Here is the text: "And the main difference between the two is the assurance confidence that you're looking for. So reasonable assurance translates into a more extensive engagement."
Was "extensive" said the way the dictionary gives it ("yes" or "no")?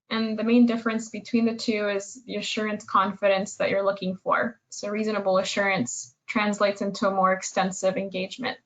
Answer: yes